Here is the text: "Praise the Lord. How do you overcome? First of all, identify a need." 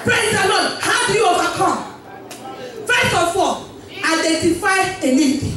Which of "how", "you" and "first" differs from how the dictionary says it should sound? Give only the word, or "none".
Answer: first